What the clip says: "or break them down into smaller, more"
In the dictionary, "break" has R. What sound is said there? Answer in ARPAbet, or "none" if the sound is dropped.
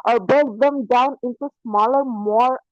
none